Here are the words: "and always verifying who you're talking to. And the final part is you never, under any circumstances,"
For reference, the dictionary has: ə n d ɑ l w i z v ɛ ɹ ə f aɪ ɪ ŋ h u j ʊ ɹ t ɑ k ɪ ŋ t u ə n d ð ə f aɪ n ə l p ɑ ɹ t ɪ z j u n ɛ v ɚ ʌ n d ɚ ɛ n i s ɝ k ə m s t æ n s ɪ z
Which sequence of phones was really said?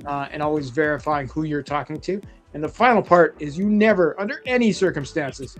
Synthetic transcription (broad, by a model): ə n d ɑ l w i z v ɛ ɹ ə f aɪ ɪ ŋ h u j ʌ ɹ t ɑ k ɪ ŋ t u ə n ð ə f aɪ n l p ɑ ɹ t ɪ z j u n ɛ v ɚ ʌ n d ɚ ɛ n i s ɝ k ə m s t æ n s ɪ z